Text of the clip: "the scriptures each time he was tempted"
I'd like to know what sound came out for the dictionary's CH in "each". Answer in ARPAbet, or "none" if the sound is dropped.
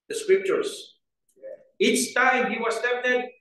S